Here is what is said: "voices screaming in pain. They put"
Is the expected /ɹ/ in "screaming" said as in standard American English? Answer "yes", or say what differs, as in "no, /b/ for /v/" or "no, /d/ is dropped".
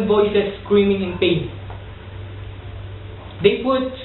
yes